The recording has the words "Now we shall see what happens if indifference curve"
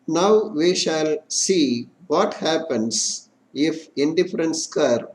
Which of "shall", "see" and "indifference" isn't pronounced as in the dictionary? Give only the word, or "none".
none